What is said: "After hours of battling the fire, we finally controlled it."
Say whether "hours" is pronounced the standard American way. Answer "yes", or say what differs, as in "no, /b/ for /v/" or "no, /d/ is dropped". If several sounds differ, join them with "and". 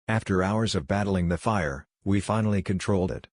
yes